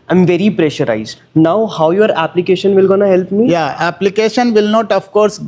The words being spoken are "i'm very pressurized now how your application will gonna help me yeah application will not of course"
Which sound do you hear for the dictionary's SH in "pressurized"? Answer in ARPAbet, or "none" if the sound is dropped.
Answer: SH